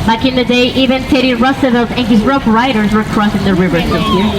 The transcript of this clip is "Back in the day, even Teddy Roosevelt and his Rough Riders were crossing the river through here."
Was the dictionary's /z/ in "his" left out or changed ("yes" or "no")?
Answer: no